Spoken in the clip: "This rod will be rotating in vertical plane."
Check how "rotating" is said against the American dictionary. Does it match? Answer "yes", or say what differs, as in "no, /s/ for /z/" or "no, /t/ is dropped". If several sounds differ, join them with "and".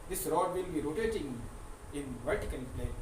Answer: yes